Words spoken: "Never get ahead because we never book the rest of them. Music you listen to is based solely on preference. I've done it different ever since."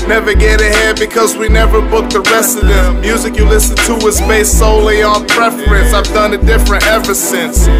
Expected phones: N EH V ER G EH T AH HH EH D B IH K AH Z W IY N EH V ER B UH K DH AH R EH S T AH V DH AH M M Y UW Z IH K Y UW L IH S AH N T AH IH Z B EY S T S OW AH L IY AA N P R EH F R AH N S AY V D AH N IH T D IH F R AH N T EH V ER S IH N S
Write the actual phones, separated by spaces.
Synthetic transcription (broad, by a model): N EH V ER G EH T AH HH EH D B IH K AH Z W IY N EH V ER B UH K DH AH R EH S AH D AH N M Y UW Z IH K Y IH L IH S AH N T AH IH Z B EY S S OW AH L IY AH N P R EH F R AH N S AY V D AH N IH T D IH F R AH N T EH V ER S IH N S